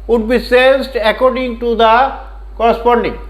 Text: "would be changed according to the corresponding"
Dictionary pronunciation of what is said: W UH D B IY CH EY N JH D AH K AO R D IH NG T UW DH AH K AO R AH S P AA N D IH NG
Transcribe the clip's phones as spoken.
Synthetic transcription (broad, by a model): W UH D B IY S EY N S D AH K AO R D IH NG T UW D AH K AO R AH S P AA N D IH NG